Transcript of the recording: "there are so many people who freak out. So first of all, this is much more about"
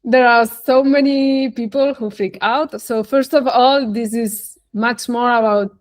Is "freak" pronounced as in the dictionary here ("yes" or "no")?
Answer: no